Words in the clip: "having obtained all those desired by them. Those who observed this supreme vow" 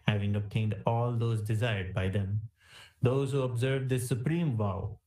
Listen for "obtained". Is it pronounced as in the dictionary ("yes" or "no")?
yes